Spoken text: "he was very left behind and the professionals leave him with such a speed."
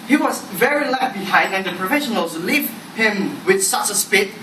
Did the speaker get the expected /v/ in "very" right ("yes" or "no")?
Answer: yes